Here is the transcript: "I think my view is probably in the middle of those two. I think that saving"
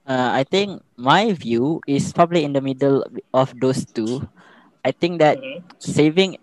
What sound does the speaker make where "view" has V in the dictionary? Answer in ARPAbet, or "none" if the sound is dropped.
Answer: V